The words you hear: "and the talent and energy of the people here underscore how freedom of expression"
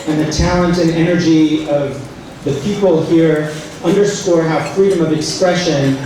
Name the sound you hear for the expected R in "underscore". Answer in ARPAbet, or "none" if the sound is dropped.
R